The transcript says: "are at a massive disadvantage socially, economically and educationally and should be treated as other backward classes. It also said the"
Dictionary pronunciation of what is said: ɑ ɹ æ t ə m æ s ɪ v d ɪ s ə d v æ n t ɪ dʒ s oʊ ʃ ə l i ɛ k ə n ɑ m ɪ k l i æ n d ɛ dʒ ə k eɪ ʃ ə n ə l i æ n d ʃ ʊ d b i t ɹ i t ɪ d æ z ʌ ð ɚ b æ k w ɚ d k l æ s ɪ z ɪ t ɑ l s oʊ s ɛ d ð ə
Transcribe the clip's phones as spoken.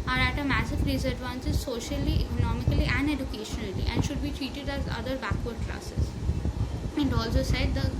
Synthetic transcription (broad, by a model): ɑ ɹ æ t ə m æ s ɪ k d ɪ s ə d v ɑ n s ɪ z s oʊ ʃ ə l i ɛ k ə n ɑ m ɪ k l i æ n d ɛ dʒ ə k eɪ ʃ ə n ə l i æ n d ʃ ʊ d b i t ɹ i t ɪ d æ z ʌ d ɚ b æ k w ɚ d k l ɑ s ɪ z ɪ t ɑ l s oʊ s ɛ d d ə